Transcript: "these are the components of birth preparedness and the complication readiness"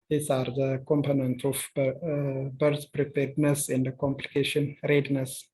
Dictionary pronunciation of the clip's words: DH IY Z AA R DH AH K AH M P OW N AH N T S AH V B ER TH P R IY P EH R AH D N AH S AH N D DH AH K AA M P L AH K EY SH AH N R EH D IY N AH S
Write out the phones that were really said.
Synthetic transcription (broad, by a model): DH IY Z AA R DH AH K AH M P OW N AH N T AH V B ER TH P R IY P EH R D N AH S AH N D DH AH K AA M P L AH K EY SH AH N R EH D N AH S